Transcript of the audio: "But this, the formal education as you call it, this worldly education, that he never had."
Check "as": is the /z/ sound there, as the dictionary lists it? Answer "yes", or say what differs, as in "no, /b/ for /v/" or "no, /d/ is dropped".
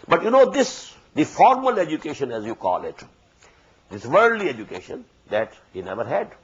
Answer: yes